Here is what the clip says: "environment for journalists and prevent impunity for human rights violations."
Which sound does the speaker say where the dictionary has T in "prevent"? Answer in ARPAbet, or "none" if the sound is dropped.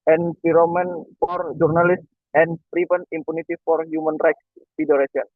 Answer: none